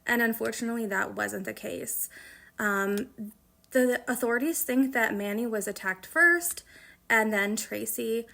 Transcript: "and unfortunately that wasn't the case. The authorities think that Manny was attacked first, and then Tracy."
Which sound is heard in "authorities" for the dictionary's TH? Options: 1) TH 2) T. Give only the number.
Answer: 1